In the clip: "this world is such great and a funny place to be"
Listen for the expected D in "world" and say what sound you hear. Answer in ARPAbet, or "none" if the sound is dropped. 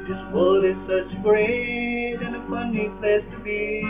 none